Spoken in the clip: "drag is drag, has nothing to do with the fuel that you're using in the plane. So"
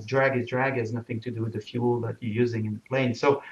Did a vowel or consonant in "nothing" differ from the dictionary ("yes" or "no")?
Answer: no